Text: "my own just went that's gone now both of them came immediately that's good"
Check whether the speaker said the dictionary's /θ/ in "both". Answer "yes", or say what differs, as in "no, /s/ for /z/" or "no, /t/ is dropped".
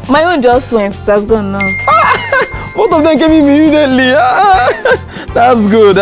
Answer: no, /t/ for /θ/